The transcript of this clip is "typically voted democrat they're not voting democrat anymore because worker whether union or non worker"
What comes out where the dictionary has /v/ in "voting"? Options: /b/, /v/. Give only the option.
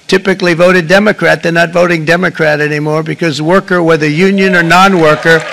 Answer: /v/